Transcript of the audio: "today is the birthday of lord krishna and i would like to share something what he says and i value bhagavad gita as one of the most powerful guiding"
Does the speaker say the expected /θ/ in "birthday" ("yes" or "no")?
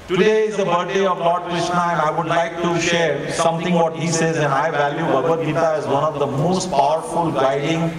no